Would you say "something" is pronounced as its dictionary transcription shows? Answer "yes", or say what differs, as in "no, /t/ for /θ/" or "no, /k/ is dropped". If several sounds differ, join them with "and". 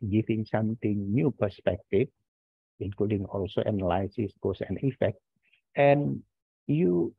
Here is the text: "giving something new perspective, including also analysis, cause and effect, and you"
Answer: no, /t/ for /θ/